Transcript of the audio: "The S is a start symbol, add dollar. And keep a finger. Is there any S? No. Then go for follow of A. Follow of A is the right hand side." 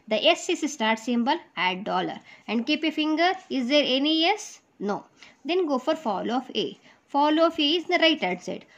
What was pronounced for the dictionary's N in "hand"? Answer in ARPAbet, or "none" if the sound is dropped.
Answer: none